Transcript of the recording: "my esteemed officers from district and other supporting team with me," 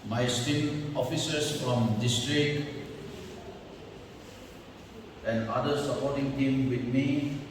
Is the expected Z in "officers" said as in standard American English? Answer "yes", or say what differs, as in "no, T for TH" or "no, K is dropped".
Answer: no, S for Z